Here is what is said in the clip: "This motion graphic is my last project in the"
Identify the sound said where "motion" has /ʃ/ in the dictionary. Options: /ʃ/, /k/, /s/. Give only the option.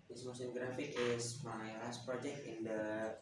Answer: /s/